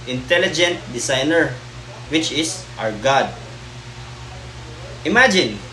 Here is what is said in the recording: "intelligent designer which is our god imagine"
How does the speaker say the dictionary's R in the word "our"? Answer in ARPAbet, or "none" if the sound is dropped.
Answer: R